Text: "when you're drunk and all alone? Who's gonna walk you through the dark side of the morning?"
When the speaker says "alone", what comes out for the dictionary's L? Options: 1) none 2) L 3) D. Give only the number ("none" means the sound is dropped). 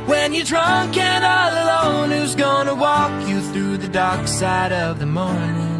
2